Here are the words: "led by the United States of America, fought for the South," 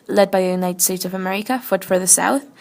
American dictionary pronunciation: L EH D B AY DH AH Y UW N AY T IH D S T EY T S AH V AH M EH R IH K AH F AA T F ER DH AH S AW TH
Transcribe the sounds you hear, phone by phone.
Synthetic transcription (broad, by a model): L EH D B AY DH AH Y UW N AY T IH D S T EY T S AH V AH M EH R IH K AH F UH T F ER DH AH S AW TH